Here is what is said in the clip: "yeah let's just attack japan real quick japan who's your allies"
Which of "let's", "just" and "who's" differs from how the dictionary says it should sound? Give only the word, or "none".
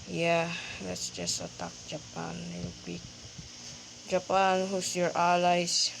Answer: who's